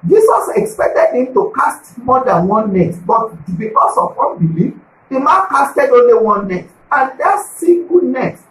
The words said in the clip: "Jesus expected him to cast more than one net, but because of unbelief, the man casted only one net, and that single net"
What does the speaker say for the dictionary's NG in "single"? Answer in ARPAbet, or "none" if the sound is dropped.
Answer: none